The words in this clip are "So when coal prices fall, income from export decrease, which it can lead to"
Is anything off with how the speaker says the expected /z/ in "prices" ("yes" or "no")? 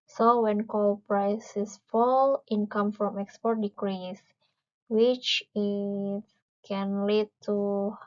yes